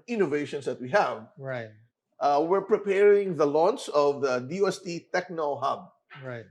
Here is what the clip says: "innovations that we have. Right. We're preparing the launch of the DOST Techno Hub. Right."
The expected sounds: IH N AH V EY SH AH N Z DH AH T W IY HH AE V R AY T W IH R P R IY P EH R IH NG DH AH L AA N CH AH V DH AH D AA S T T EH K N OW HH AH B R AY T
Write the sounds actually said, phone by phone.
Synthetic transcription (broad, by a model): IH N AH V EY SH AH N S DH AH T W IY HH AE V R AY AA W IH R P R IY P EH R IH NG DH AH L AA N S AH V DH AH D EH S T T EH K N OW HH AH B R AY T